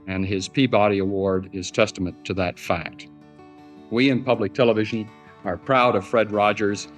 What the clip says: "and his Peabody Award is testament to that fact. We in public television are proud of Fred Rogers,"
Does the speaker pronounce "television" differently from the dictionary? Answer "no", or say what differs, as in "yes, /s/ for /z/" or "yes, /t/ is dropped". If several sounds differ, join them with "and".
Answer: no